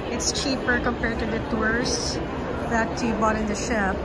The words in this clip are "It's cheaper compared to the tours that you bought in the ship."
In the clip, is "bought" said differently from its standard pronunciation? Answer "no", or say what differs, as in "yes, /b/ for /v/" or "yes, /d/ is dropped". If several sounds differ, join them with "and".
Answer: no